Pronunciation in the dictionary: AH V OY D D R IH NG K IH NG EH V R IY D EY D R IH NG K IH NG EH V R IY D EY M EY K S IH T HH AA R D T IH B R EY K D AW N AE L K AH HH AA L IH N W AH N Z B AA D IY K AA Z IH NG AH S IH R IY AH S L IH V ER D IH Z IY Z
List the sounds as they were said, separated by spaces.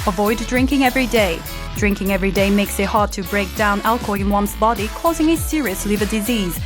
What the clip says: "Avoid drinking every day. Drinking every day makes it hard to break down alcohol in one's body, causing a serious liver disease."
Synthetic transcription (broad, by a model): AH V OY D D R IH NG K IH NG EH V R IY D EY D R IH NG K IH NG EH V R IY D EY M EY K S IH T HH AA R D T IH B R EY K D AW N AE L K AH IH IH N W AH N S B AA D IY K AA Z IH NG AH S IH R IY AH S L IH V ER D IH Z IY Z